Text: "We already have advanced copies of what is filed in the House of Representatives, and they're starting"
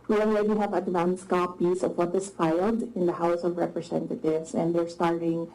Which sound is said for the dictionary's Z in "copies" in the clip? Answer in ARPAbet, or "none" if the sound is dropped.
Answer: S